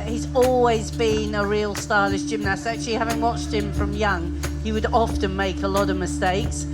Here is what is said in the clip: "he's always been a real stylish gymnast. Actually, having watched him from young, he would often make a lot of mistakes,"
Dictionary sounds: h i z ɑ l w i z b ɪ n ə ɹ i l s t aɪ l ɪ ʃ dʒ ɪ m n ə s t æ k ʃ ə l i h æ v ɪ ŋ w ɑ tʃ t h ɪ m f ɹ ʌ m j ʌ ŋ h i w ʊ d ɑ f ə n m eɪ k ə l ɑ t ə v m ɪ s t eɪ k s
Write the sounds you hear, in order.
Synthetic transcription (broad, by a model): h i z ɑ l w i z b ɪ n ə ɹ i l s t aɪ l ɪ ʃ dʒ ɪ m n ə s t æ k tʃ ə l i h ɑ v ɪ ŋ w ɑ tʃ t h ɪ m f ɹ ʌ m j ʌ ŋ h i w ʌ d ɑ f ə n m eɪ k ə l ɑ t ə v m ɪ s t eɪ k s